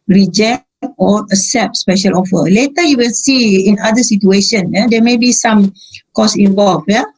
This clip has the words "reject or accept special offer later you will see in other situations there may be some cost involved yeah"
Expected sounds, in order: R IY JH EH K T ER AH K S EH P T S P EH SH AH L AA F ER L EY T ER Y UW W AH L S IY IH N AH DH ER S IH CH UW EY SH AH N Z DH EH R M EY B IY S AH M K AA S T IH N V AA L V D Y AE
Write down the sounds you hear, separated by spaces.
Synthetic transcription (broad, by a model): R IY JH EH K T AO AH S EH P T S P EH SH AH L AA F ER L EY T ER Y UW W AH L S IY IH N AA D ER S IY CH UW EY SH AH N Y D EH M EY B IY S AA M K AA S IH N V AA L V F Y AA